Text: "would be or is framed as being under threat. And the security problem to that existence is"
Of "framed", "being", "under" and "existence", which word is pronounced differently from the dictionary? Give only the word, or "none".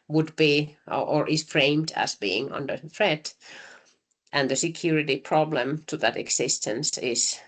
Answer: existence